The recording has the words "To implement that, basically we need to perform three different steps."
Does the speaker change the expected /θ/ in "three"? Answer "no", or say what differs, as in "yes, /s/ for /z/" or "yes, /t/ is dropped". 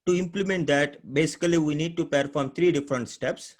yes, /t/ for /θ/